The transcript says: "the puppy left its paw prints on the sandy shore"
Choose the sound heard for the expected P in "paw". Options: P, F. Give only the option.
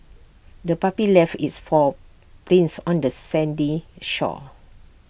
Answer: F